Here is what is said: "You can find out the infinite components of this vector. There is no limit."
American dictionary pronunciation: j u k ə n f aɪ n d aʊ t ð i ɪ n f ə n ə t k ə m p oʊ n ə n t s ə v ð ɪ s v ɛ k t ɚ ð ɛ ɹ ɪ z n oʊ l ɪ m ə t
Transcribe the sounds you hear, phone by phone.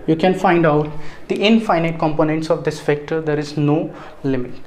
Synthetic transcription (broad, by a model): j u k ə n f aɪ n d aʊ t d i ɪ n f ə n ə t k ə m p oʊ n ə n t s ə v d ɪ s f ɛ k t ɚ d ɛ ɹ ɪ z n oʊ l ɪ m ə t